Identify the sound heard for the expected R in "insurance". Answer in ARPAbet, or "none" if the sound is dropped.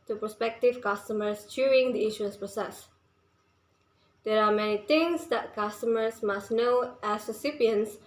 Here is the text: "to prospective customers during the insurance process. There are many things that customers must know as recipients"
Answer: none